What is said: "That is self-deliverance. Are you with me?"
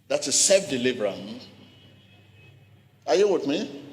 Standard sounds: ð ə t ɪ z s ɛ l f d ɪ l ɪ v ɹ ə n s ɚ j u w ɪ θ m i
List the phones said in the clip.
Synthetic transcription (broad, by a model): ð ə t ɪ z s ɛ f d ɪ l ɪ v ɹ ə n ɑ j u w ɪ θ m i